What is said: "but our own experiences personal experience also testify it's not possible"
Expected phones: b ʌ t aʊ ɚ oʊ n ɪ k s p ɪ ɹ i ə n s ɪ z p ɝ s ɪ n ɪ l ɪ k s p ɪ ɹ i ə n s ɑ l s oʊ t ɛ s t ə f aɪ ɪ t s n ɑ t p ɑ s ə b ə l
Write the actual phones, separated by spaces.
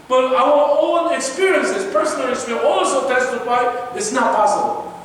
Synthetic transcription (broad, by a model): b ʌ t aʊ ɚ oʊ n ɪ k s p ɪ ɹ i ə n s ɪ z p ɝ s ɪ n ɪ l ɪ s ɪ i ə ɑ l s oʊ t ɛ s t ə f aɪ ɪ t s n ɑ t p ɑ s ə b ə l